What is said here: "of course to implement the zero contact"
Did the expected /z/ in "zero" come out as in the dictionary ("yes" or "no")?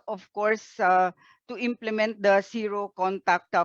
no